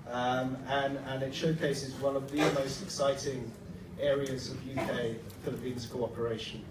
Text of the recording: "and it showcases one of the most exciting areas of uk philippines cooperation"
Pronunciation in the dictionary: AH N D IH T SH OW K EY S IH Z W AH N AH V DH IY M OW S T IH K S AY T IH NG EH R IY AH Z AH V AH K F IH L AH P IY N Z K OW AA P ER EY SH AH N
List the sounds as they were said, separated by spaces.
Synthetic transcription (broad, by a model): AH N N IH T SH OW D EY S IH Z W AH N AH V DH IY M OW S T IH K S AY T IH NG EH R IY AH Z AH V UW K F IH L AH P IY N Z K OW AA P ER EY SH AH N